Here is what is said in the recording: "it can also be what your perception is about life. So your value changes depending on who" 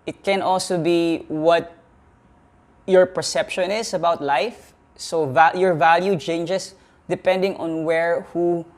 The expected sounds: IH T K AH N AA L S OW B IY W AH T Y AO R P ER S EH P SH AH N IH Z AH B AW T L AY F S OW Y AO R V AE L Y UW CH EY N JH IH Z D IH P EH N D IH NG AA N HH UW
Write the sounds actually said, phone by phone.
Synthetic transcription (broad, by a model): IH T K AH N AA L S OW B IY W AH T Y AO R P ER S EH P SH AH N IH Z AH B AW T L AY F S OW Y AO R V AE L Y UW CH EY N JH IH S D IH P EH N D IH NG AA N HH UW